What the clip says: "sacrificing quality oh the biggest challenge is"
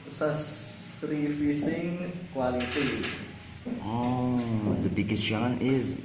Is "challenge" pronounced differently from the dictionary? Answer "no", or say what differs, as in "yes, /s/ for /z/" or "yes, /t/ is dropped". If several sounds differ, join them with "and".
yes, /dʒ/ is dropped